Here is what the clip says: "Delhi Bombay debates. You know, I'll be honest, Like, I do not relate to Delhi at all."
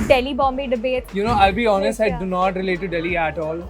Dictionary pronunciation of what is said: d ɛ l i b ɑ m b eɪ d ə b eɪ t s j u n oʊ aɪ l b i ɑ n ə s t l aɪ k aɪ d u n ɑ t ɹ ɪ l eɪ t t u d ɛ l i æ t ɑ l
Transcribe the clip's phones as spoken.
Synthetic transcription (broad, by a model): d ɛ l i b ɑ m b eɪ d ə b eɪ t j u n oʊ aɪ l b i ɑ n ə s t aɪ aɪ d u n ɑ t ɹ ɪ l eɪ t t u d ɛ l i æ t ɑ l